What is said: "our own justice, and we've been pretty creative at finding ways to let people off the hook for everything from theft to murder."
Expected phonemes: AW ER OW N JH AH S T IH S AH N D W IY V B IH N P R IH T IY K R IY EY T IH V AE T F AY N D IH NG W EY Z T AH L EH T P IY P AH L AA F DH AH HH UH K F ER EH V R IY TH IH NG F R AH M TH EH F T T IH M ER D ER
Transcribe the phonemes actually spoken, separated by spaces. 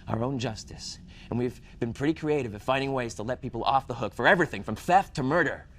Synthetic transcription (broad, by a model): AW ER OW N JH AH S T IH S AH N W IY V B IH N P R IH T IY K R IY EY T IH V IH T F AY N D IH NG W EY Z T AH L EH T P IY P L AA F DH AH HH UH K F ER EH V R IY TH IH NG F R AH M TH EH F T T IH M ER D ER